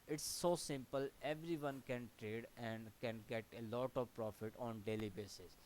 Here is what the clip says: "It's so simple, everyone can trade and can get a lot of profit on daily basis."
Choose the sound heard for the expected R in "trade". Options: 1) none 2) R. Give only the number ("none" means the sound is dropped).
2